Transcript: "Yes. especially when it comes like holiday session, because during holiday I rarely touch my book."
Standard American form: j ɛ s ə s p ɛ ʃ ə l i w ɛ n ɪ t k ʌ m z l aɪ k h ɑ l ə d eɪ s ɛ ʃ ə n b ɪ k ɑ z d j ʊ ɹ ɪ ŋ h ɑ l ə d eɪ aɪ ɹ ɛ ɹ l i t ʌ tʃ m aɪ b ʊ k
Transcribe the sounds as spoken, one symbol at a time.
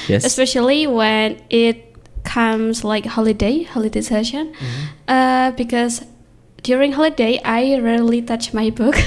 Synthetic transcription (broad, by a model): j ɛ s ə s p ɛ ʃ ə l i w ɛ n ɪ t k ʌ m s l aɪ k h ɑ l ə d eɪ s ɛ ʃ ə n b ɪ k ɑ s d j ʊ ɹ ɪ ŋ h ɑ l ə d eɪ aɪ ɹ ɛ l i t ʌ tʃ m aɪ b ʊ k